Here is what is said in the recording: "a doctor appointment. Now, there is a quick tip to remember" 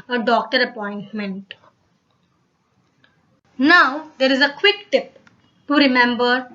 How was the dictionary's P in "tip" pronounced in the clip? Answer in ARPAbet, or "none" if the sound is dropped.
P